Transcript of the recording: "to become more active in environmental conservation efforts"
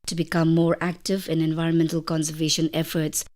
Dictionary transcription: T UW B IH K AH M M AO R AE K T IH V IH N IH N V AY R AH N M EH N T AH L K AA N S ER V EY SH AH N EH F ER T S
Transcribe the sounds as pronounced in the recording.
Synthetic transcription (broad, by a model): T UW B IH K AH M M AO R AE K T IH V IH N IH N V AY R AH N M EH N T AH L K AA N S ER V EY SH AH N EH F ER T S